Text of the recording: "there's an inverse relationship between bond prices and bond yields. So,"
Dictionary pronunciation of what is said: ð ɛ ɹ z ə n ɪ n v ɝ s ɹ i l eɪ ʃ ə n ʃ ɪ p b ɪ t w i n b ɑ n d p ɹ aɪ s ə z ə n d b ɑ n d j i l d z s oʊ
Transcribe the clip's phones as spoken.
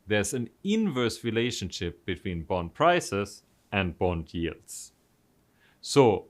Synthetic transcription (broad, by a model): ð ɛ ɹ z ə n ɪ n v ɝ s ɹ i l eɪ ʃ ə n ʃ ɪ p b ɪ t w i n b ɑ n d p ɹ aɪ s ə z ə n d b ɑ n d j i l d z s oʊ